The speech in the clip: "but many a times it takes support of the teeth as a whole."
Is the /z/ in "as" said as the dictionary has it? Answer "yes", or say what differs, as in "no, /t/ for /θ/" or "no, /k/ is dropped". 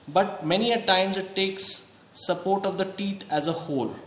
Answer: yes